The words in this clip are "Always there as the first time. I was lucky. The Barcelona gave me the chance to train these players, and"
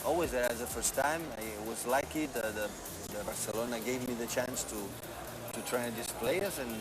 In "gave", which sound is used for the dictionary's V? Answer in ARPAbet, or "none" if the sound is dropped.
V